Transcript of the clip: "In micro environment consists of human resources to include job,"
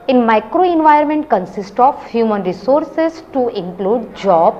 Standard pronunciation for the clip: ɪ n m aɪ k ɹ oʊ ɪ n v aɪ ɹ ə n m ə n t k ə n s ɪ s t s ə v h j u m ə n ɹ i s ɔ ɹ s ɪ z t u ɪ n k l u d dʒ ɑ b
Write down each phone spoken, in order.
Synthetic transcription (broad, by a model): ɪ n m aɪ k ɹ oʊ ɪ n v aɪ ə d m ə n t k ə n s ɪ s t ə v h j u m ə n ɹ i s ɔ ɹ s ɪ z t u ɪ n k l u d dʒ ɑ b